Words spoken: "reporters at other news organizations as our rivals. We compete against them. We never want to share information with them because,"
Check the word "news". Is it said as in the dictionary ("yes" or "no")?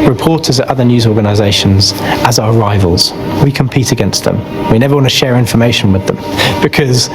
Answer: yes